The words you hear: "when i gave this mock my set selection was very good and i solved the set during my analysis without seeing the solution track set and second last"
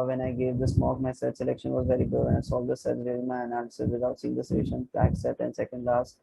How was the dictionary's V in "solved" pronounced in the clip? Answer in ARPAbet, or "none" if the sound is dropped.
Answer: none